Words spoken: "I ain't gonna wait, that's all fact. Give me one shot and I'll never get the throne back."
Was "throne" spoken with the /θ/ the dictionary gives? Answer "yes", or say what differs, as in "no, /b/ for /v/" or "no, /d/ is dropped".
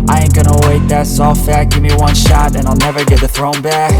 yes